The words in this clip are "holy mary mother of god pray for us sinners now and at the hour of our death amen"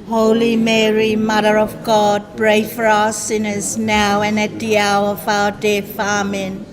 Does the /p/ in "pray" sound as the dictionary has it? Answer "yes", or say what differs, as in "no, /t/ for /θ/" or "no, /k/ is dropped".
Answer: no, /b/ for /p/